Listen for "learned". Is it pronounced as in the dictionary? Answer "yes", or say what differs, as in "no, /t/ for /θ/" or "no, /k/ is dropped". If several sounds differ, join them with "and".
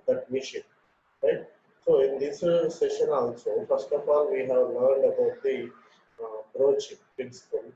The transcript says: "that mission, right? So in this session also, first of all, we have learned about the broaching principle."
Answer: yes